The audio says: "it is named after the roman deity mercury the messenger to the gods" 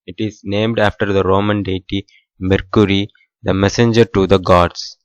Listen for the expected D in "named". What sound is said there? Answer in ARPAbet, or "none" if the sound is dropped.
D